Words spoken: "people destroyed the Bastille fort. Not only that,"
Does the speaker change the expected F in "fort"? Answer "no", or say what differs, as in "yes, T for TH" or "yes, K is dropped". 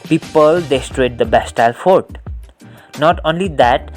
no